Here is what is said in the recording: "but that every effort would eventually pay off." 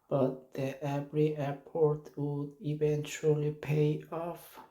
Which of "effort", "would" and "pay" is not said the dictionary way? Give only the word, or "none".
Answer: effort